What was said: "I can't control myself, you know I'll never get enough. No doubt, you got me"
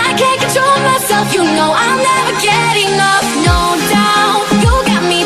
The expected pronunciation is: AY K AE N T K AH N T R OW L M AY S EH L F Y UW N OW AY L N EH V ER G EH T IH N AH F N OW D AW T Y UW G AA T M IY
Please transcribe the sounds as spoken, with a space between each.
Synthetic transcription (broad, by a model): AY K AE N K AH T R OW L M AY S EH L F Y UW N OW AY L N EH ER G EH T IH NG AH P N OW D AW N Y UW G AA T M IY